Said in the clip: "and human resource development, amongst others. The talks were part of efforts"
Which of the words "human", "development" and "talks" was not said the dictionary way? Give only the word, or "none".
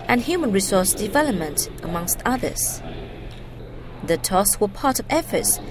talks